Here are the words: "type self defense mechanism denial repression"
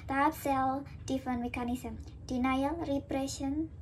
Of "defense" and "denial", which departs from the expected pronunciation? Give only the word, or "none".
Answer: defense